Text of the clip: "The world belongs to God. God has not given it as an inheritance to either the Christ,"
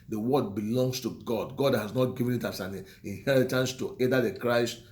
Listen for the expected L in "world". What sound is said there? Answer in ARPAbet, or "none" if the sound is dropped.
none